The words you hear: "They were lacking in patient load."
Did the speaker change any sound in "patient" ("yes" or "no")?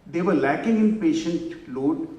no